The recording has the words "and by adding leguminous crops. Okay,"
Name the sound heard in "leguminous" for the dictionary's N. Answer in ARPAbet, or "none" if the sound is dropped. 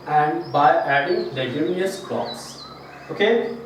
none